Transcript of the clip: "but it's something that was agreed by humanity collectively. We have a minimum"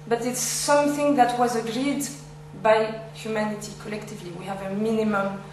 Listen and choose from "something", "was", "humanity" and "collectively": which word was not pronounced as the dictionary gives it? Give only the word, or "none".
none